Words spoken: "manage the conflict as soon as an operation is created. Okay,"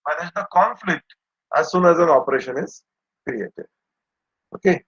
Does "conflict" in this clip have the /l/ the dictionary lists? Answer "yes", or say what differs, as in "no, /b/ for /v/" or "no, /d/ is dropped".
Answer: yes